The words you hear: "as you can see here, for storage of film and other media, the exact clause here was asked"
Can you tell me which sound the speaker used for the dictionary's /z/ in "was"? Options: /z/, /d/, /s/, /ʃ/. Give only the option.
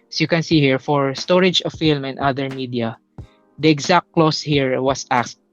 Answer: /s/